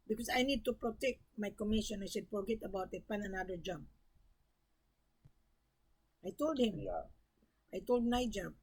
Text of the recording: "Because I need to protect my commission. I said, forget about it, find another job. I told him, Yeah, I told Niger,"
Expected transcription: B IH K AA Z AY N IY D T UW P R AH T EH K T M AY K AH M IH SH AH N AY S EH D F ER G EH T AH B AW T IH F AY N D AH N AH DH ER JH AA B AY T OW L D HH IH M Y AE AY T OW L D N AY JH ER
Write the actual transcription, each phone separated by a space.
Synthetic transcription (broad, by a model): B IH K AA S AY N IY D T UW P R AH T EH K T M AY K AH M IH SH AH N AY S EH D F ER G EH T AH B AW T IH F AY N AH N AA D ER JH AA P AY T OW L D HH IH M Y AY T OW L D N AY JH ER